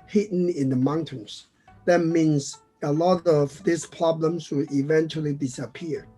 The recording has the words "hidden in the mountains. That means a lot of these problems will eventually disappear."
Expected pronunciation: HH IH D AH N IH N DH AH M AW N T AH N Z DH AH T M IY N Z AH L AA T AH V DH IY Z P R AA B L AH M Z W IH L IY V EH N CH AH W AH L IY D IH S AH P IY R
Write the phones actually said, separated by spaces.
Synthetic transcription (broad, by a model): HH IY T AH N IH N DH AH M AW N T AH N S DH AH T M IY N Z AH L AA T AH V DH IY S P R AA B L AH M S W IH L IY V EH N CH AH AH L IY D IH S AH P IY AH